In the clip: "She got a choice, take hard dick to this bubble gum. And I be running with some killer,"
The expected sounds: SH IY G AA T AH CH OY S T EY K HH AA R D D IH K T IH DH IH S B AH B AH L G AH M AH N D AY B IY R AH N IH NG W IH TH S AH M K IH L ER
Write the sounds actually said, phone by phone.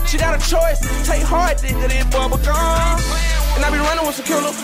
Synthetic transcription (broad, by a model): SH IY G AA T AH CH OY S T EY K HH AA R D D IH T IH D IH B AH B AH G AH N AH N AY B IY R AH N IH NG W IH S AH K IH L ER